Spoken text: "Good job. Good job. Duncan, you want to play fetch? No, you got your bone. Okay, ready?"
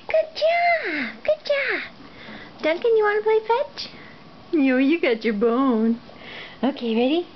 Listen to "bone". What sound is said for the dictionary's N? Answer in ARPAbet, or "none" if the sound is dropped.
N